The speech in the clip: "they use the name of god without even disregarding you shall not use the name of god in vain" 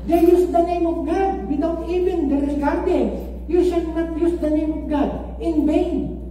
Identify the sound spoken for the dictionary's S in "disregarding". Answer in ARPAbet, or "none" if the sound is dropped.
none